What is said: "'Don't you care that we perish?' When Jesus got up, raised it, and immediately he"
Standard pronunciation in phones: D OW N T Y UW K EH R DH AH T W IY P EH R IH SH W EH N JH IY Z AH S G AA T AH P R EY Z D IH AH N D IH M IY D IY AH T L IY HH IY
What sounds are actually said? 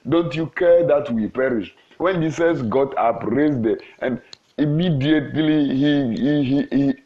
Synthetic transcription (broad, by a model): D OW N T Y UW K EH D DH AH T W IY P EH R IH SH W EH N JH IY S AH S G AA T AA P R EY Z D IH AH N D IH M IY D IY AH T L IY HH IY